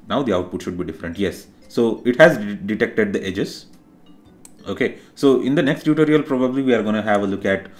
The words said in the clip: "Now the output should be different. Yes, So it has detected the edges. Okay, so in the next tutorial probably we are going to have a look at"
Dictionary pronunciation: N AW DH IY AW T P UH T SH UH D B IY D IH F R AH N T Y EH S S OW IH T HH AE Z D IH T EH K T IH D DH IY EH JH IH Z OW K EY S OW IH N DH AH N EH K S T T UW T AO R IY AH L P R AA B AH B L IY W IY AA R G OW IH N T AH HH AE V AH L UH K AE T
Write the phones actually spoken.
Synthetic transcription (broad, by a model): N AW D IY AW T P UH T SH UH D B IY D IH F R AH N T Y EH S S OW IH T HH AE Z D IH T EH K T IH D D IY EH JH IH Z OW K EY S OW IH N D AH N EH K S T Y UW T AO R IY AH L P R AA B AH B L IY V IY AA R G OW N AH HH AE V AH L UH K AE T